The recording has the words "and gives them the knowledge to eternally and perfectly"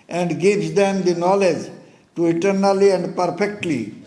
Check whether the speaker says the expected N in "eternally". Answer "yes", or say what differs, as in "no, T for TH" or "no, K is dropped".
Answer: yes